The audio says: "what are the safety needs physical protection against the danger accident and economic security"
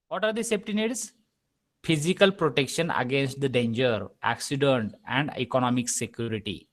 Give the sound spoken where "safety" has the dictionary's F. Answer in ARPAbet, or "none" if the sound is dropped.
P